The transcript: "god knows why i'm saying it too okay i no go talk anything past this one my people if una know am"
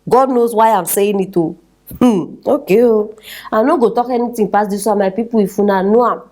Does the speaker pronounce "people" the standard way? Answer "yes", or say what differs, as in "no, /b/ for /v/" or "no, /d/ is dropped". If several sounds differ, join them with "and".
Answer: no, /w/ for /l/